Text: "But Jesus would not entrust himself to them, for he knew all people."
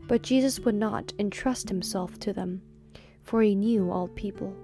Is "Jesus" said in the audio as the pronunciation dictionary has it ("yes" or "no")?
yes